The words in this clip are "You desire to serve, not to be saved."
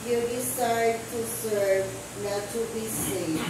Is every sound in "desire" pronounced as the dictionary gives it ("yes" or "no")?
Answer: no